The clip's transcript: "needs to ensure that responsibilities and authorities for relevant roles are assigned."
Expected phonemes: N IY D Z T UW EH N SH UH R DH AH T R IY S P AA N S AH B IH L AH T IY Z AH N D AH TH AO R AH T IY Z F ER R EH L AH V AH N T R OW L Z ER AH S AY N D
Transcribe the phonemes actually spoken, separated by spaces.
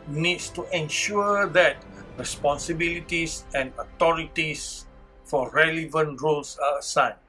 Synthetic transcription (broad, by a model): N IY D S T UW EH N SH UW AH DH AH T R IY S P AA N S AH B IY L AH T IY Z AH N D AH T AO R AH T IY S F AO R EH L AH V AH N T R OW L S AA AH S AY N